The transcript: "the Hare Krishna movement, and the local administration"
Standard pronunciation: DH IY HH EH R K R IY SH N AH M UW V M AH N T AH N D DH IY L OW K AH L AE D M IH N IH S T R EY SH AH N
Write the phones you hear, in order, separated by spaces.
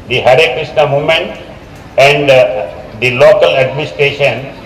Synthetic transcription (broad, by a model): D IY HH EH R K R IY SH N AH M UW M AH N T AH N D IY L OW K AH L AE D M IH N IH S T R EY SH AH N